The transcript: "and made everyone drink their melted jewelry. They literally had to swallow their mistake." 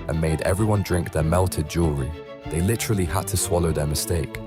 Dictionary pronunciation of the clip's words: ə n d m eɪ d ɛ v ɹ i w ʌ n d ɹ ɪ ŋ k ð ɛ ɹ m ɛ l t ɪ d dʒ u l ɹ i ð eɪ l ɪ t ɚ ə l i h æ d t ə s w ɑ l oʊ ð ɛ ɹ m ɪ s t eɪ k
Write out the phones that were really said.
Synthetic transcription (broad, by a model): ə n m eɪ d ɛ v ɹ i w ʌ n d ɹ ɪ ŋ k ð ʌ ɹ m ɛ l t ɪ d dʒ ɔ ɹ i ð eɪ l ɪ t ɚ ə l i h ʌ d t ə s w ɑ l oʊ ð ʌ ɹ m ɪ s t eɪ k